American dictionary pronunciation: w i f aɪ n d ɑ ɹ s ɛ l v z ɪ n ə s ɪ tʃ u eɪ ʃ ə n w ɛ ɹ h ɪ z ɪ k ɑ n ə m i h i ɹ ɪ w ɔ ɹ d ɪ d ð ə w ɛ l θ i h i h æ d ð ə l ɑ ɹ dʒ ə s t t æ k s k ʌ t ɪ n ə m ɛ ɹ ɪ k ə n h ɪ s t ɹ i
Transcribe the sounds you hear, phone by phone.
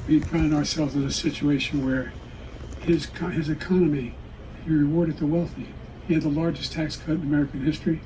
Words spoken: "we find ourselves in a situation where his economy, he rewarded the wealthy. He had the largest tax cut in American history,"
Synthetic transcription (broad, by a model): w i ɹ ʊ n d ɑ ɹ s ɛ l v z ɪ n ə s ɪ tʃ u eɪ ʃ ə n w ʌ ɹ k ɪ z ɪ k ɑ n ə m i h i ɹ ɪ w ɔ ɹ d ɪ d ð ə w ɛ l θ i h i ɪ d ð ə l ɑ ɹ dʒ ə s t t æ k s k ʌ t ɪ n ə m ɛ ɹ ɪ k ə n h ɪ s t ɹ i